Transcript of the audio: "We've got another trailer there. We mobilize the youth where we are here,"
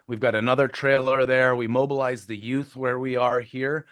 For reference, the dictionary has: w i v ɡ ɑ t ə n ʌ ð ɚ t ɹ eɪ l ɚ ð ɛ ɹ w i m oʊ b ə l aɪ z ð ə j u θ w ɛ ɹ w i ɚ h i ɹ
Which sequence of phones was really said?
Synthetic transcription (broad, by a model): w i v ɡ ɑ t ə n ʌ ð ɚ t ɹ eɪ l ɚ ð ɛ ɹ w i m oʊ b ə l aɪ z ð ə j u θ w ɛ ɹ w i ɚ h i ɹ